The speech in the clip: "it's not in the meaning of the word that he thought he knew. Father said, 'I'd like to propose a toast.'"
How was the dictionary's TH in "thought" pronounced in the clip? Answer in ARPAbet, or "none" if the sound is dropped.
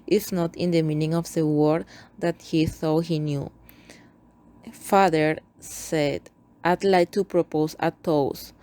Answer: S